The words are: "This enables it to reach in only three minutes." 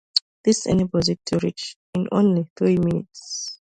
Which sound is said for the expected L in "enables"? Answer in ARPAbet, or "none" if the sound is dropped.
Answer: none